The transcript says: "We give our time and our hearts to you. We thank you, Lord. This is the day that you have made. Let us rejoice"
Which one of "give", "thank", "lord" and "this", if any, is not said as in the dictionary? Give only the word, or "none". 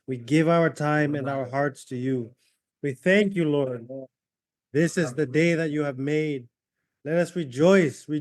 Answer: none